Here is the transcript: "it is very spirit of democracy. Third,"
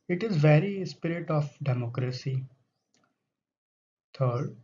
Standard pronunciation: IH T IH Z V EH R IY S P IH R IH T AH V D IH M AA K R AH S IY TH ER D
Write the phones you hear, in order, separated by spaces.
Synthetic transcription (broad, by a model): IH T IH Z V EH R IY S P IH R IH T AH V D IH M AA K R AH S IY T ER D